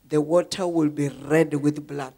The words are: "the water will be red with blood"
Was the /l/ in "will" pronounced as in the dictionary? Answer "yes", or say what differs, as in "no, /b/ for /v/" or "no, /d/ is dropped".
yes